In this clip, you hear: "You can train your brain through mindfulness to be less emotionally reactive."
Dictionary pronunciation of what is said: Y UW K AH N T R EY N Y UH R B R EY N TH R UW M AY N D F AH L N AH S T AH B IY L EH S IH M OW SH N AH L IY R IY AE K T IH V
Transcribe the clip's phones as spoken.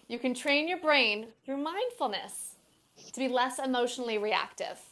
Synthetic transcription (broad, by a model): Y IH K AH N T R EY N Y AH R B R EY N TH R UW M AY N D F L N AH S T AH B IY L EH S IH M OW SH N L IY R IY AE K T IH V